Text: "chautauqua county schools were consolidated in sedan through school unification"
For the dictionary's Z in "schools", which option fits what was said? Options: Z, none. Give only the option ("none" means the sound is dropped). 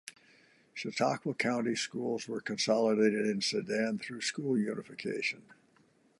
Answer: Z